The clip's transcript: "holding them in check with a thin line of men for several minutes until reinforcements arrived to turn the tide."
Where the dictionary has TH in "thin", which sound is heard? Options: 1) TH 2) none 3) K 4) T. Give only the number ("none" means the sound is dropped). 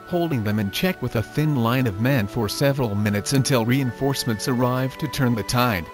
1